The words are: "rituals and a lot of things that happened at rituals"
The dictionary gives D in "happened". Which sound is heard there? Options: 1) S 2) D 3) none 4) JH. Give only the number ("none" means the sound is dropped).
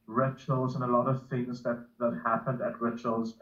2